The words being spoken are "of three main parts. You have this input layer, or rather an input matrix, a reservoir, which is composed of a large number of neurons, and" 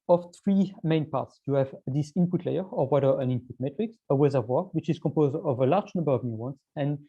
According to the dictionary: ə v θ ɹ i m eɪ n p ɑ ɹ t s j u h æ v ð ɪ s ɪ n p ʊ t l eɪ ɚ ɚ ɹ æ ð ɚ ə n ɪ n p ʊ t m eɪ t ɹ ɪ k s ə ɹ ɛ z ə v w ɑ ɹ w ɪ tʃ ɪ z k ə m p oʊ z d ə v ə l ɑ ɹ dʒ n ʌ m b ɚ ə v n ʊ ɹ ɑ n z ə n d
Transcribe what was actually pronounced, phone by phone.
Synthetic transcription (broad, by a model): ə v θ ɹ i m eɪ n p ɑ ɹ t s j u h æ v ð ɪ s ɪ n p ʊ t l eɪ ɚ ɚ w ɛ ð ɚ ə n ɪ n p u t m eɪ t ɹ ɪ k s ə w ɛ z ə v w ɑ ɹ w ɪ tʃ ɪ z k ə m p oʊ z d ə v ə l ɑ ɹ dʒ n ʌ m b ɚ ə v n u w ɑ n s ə n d